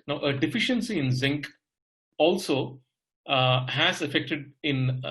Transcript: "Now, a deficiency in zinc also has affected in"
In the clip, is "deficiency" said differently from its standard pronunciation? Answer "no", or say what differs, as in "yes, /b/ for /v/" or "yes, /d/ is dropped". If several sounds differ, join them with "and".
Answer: no